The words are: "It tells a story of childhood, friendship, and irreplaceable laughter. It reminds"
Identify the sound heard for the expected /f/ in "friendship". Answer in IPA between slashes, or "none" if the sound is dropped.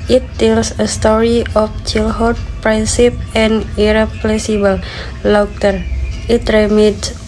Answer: /p/